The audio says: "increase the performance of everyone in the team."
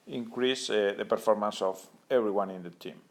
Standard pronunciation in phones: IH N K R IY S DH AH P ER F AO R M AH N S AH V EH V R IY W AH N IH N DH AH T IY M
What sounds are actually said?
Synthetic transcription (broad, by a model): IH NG K R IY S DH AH P ER F AO R M AH N S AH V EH B R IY W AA N IH N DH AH T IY M